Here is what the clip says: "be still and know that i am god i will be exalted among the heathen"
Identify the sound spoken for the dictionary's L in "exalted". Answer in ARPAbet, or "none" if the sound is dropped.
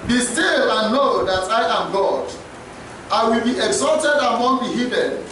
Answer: L